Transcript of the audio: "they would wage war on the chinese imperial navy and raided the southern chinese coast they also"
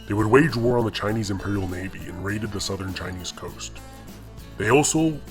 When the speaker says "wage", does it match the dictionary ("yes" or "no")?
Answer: yes